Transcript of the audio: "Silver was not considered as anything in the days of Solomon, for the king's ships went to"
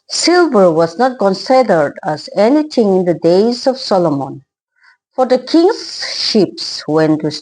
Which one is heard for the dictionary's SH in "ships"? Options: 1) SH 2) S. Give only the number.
1